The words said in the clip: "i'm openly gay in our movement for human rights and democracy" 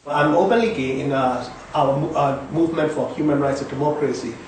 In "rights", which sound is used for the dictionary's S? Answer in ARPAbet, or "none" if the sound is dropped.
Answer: S